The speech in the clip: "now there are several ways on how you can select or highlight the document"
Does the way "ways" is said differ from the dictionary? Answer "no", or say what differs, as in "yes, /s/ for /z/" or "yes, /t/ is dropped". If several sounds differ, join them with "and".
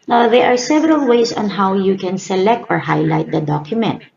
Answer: yes, /s/ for /z/